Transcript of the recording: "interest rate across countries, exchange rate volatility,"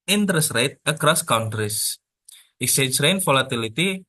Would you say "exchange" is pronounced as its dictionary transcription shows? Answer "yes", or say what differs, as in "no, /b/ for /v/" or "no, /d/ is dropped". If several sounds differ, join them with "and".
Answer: no, /n/ is dropped